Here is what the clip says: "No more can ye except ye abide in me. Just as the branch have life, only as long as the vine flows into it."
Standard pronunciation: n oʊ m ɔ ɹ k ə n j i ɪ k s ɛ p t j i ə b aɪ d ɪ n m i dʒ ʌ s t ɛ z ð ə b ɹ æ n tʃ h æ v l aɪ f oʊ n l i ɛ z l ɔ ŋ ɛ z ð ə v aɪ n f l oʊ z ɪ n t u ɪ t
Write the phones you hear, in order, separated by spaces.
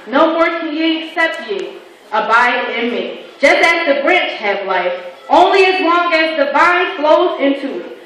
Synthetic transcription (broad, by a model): n oʊ m ɔ ɹ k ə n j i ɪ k s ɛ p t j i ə b aɪ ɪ ɪ n m i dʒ ʌ s t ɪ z ð ə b ɹ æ n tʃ h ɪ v l aɪ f oʊ n l i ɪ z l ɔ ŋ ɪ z ð ə b aɪ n f l oʊ z ɪ n t u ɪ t